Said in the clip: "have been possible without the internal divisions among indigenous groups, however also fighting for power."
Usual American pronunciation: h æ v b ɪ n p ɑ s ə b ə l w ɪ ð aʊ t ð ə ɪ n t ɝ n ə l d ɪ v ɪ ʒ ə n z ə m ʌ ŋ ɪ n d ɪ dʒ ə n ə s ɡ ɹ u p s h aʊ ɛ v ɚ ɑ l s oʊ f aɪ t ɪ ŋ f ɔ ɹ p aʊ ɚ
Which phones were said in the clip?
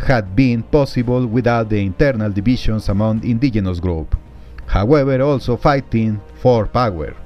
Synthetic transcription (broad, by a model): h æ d b ɪ n p ɑ s ə b ə l w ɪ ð aʊ t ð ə ɪ n t ɝ n ə l d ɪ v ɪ ʃ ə n s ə m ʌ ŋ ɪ n d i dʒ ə n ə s ɡ ɹ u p h aʊ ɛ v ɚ ɑ l s oʊ f aɪ t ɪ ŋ f ɔ ɹ p aʊ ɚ